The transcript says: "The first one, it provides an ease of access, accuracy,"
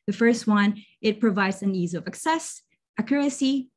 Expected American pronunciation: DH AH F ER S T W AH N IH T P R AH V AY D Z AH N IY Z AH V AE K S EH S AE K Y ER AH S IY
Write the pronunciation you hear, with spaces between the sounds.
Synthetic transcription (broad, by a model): DH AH F ER S T W AH N IH T P R AH V AY D Z AH N IY Z AH V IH K S EH S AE K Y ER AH S IY